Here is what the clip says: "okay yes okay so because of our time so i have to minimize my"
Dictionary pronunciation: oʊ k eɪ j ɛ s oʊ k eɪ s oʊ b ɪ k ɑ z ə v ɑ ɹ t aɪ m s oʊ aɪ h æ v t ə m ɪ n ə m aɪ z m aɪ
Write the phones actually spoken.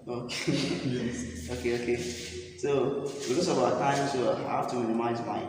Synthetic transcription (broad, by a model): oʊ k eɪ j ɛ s oʊ k eɪ s oʊ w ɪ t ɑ s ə b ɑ t aɪ m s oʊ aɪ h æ f t ə m ɪ n ə m aɪ z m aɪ